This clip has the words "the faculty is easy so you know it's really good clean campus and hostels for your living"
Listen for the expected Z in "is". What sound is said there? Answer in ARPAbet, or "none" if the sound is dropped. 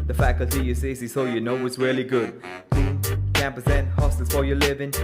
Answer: S